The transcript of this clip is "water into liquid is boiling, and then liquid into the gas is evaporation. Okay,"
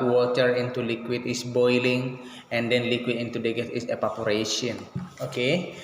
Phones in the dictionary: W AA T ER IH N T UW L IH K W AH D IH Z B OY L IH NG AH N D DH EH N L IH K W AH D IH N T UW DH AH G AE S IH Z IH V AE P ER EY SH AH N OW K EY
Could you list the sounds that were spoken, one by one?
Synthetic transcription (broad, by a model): W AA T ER IH N T UW L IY K W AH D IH S B OY L IH NG AH N D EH N L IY K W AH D IH N T UW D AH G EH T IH S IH P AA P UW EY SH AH N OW K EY